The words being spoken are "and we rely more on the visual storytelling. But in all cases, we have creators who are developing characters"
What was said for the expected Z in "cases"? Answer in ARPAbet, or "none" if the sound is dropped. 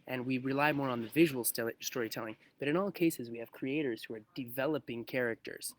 Z